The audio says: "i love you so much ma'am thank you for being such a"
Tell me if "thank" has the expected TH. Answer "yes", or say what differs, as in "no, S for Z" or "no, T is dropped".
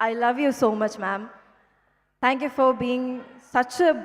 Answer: no, T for TH